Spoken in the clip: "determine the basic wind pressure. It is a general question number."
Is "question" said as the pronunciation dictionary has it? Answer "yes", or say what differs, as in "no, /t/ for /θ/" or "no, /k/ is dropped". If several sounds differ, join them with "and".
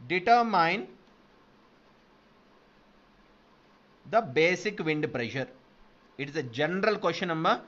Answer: no, /ʃ/ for /tʃ/